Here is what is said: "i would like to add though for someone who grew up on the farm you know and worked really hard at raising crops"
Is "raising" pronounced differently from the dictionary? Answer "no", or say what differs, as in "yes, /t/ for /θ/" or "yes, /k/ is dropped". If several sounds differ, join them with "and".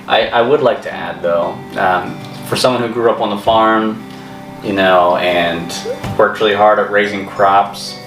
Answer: no